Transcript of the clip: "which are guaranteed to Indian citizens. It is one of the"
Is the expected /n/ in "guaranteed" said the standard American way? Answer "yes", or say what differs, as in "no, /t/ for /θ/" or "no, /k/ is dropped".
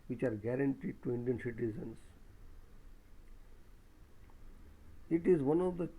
yes